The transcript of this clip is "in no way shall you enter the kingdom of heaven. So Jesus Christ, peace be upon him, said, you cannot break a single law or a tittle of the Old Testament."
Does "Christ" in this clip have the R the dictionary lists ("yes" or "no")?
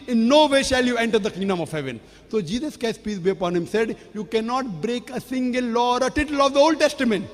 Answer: no